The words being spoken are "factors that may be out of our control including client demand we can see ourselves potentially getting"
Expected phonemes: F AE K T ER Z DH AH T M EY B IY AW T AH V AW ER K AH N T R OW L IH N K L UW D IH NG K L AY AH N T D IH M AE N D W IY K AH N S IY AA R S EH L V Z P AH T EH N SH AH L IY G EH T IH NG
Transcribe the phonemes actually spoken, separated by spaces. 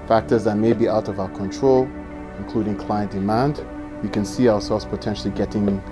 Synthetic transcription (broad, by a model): F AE K T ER Z DH AH T M EY B IY AW T AH V AW ER K AH N T R OW L IH N K L UW D IH NG K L AY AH N D IH M AE N D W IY K AH N S IY AA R S EH L V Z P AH T EH N SH L IY G EH T IH NG